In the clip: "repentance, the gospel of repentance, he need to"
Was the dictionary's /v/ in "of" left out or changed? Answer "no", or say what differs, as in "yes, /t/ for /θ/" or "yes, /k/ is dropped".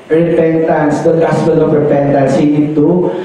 yes, /p/ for /v/